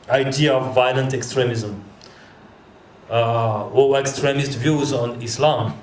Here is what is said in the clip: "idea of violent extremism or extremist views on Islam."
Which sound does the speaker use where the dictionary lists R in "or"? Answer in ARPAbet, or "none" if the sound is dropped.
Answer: W